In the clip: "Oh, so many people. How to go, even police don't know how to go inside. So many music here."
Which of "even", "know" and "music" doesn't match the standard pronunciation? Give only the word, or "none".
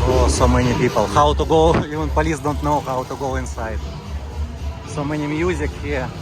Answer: even